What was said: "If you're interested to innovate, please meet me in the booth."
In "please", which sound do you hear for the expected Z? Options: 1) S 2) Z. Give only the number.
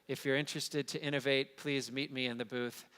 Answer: 2